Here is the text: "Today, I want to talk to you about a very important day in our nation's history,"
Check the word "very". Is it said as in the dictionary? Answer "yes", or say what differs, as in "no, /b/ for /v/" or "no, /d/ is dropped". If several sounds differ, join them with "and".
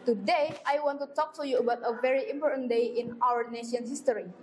yes